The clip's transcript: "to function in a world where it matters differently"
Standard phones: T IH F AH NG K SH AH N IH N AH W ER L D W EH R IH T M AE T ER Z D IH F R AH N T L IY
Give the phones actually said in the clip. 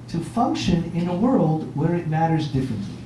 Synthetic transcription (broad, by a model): T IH F AH NG K SH AH N IH N AH W ER L D W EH R IH T M AE T ER Z D IH F R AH N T L IY